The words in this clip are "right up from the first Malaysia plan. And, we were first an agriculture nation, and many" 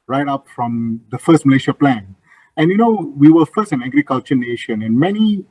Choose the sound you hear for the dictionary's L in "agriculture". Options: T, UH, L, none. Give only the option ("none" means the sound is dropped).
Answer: L